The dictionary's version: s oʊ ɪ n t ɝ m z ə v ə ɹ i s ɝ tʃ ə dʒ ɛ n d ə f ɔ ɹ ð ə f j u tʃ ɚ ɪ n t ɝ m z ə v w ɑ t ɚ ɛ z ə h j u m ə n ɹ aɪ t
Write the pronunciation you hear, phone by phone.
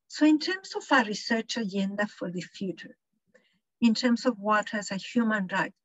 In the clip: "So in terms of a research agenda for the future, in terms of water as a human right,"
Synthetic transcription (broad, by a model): s oʊ ɪ n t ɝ m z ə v ə ɹ i s ɝ tʃ ə dʒ ɛ n d ə f ɔ ɹ ð ə f j u tʃ ɚ ɪ n t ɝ m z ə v w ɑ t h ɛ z ə h j u m ə n ɹ aɪ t